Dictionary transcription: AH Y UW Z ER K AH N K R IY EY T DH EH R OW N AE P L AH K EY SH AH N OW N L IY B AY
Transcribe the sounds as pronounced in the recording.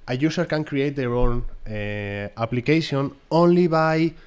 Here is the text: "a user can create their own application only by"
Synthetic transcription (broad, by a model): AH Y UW S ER K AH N K R IY EY T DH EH R OW N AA P L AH K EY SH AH N OW N L IY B AY